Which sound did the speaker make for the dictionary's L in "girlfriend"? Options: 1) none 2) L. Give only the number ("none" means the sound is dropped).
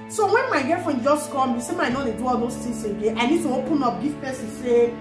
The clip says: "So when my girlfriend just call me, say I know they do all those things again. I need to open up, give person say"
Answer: 1